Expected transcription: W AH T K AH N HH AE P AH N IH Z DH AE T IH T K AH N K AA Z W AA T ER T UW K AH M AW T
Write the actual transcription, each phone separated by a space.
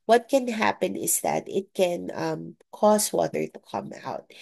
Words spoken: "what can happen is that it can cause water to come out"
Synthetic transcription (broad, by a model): W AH T K AH N HH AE P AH N IH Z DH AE T IH T K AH N K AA S W AA T ER T UW K AH M AW T